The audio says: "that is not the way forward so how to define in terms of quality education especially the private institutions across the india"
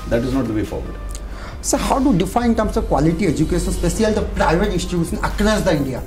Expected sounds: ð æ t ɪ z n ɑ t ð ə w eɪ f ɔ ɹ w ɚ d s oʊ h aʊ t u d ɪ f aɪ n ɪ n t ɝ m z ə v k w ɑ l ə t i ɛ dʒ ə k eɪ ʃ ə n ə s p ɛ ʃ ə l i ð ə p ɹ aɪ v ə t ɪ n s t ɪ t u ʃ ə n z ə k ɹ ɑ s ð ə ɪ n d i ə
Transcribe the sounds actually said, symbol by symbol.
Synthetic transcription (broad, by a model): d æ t ɪ z n ɑ t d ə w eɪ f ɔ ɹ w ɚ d s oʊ h aʊ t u d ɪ f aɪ ɪ n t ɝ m s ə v k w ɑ l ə t i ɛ dʒ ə k eɪ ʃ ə n s p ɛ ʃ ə l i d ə p ɹ aɪ v ə t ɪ n s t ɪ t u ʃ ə n ə k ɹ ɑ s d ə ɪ n d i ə